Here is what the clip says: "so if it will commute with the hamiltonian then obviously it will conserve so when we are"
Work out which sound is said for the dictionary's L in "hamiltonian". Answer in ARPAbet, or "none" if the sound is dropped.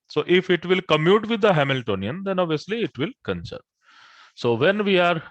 L